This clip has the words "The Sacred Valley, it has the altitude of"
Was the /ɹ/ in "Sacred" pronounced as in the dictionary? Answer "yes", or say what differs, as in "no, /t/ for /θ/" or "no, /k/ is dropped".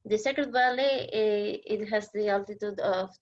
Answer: no, /ɹ/ is dropped